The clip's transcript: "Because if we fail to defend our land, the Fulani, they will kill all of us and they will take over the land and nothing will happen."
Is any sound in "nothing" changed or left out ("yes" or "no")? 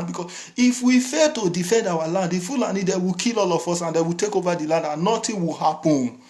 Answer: yes